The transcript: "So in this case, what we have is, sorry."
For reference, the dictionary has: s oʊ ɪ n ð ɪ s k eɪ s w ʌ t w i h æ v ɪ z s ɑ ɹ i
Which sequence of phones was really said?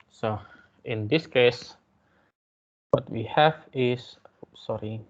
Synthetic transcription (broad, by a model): s oʊ ɪ n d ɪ s k eɪ s w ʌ t w i h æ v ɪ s s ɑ ɹ i